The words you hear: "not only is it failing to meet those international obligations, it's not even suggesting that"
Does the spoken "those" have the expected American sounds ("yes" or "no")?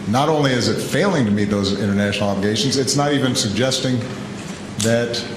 yes